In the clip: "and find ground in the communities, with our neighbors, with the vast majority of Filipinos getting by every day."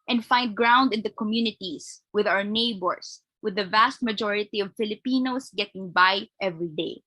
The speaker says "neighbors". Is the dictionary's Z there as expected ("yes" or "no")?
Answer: no